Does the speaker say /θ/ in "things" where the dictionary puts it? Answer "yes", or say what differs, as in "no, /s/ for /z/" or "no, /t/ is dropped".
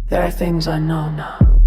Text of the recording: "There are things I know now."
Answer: yes